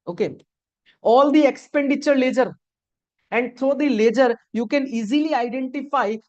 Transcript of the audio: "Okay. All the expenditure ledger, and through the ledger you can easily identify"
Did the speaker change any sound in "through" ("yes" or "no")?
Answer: yes